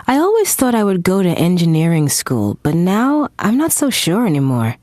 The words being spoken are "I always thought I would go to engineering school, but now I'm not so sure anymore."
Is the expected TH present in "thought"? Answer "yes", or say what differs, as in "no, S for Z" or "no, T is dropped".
yes